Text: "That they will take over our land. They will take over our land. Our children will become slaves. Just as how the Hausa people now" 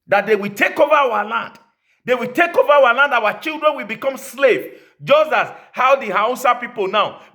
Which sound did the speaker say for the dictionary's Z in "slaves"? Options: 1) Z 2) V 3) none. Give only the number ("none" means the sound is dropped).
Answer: 3